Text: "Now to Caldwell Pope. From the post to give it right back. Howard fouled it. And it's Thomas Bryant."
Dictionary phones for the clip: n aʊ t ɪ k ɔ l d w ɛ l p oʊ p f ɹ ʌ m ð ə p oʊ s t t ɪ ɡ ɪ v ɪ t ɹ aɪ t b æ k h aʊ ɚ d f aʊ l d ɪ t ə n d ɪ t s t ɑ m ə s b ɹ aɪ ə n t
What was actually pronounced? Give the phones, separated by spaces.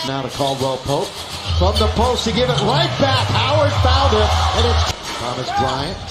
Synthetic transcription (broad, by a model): n aʊ t ɪ k ɔ l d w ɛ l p oʊ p f ɹ ʌ m ð ə p oʊ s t t ɪ ɡ ɪ v ɪ t l aɪ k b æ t h aʊ ɚ d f aʊ n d ɪ t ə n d ɪ t s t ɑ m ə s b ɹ aɪ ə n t